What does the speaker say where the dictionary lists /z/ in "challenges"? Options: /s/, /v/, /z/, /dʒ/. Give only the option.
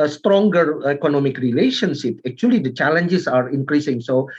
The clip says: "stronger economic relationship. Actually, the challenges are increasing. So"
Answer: /s/